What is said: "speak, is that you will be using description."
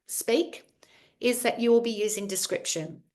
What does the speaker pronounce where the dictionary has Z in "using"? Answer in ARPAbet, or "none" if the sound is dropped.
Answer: Z